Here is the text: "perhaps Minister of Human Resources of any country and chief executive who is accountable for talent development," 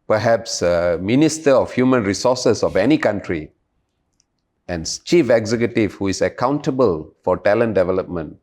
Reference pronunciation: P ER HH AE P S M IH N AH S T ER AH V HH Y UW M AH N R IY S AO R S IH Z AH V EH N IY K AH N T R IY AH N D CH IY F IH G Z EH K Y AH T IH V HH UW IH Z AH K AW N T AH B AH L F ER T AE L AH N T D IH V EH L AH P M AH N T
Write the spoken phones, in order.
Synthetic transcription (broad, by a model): P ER HH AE P S M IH N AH S T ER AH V HH Y UW M AH N R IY S AO S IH S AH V EH N IY K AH N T R IY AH N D CH IY F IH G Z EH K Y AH T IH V HH UW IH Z AH K AW N T AH B AH L F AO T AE L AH N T D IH V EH L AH P M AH N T